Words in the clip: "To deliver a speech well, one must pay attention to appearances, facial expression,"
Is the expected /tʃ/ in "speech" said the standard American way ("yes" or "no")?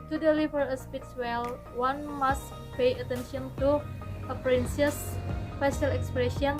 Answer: no